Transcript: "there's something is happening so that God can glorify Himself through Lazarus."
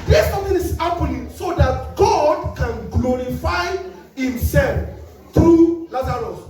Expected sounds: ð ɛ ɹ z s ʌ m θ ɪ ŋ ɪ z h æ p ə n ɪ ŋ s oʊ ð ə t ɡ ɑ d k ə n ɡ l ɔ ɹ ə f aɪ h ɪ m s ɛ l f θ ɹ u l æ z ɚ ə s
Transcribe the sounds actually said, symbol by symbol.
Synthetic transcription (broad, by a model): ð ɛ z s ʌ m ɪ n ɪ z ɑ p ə l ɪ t s oʊ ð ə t ɡ ɑ d k ə n ɡ l ɔ ɹ ə f aɪ h ɪ m s ɛ l f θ ɹ u l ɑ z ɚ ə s